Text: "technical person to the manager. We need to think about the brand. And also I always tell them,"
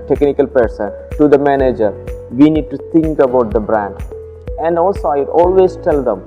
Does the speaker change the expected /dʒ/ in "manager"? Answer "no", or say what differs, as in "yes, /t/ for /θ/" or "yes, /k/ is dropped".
no